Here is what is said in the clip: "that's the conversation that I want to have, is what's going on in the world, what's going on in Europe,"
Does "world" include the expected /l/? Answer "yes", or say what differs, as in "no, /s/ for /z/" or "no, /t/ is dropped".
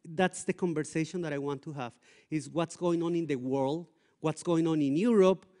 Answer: yes